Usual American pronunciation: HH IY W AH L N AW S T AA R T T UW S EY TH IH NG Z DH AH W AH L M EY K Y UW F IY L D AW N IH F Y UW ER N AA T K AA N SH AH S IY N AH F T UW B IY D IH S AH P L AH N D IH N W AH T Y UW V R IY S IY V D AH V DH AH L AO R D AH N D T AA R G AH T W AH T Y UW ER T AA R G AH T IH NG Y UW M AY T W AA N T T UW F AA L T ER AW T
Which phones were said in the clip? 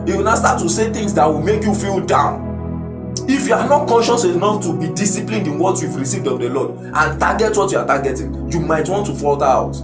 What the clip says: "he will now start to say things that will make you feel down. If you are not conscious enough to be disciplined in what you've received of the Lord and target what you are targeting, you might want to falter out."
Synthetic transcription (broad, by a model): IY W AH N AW S T AA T T UW S EY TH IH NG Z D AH W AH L M EY K Y UW F IY L D AW N IH F Y UW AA N AA T K AA N SH AH S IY N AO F T UW B IY D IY S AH P L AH N D IH N W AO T Y UW V R IY S IY V D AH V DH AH L AO D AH N T AA G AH T W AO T Y UW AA T AA G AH T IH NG Y UW M AY T W AA N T T UW F AA L T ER AW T